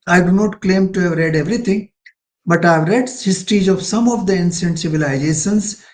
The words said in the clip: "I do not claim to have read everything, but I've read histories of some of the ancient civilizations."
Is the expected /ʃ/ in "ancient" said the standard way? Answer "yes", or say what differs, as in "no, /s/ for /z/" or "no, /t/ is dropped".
no, /s/ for /ʃ/